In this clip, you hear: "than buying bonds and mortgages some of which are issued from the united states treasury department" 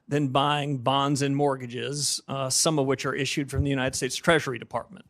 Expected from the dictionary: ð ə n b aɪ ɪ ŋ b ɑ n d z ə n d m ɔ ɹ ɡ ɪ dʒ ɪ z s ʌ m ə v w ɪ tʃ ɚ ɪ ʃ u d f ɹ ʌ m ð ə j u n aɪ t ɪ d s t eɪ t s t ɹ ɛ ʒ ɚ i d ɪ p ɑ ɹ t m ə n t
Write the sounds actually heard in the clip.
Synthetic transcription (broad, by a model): ð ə n b aɪ ɪ ŋ b ɑ n d z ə n m ɔ ɹ ɡ ɪ dʒ ɪ z s ʌ m ə v w ɪ tʃ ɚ ɪ ʃ u d f ɹ ʌ m ð ə j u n aɪ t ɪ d s t eɪ t s t ɹ ɛ ʒ ɚ i d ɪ p ɑ ɹ t m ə n t